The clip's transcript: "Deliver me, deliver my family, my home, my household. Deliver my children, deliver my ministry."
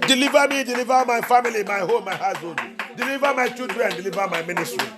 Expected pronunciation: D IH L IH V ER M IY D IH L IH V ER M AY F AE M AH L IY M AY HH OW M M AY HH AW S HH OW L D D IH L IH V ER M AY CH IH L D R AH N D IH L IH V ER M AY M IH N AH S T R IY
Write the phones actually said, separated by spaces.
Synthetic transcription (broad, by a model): D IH L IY V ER M IY D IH L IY V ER M AY F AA M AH L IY M AY HH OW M M AY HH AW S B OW N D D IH L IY V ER M AY CH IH L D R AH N D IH L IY V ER M AY M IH N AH S T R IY